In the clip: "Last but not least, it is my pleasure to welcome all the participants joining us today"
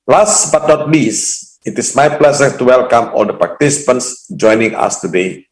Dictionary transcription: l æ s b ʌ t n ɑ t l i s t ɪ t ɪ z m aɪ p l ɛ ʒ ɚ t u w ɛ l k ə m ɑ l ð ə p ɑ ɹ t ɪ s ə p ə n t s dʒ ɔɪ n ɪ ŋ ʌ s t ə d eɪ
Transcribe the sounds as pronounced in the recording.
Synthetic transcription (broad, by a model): l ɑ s b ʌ t n ɑ t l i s ɪ t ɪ s m aɪ p l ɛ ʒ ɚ t u w ɛ l k ə m ɑ l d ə p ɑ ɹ t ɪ s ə p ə n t s dʒ ɔɪ n ɪ ŋ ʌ s t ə d eɪ